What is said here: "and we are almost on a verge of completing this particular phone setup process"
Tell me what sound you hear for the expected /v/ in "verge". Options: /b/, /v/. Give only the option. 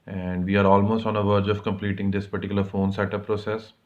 /v/